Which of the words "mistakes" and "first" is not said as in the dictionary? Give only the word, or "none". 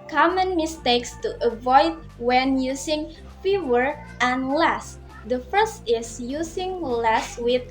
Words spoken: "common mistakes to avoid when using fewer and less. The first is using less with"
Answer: none